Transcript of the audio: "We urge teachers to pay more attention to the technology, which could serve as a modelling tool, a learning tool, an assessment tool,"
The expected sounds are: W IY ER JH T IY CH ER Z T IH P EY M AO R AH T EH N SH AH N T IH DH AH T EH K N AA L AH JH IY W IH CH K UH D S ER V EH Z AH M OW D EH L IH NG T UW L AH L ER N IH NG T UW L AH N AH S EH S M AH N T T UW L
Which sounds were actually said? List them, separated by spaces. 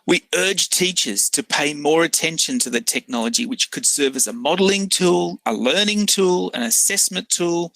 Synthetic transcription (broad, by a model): W IY ER JH T IY CH ER Z T IH P EY M AO R AH T EH N SH AH N T IH DH AH T EH K N AA L AH JH IY W IH CH K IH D S ER V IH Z AH M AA D L IH NG T UW L AH L ER N IH NG T UW L AH N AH S EH S M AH N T T UW L